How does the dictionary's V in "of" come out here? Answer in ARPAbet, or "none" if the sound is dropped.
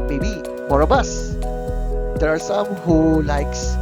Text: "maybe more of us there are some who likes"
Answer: B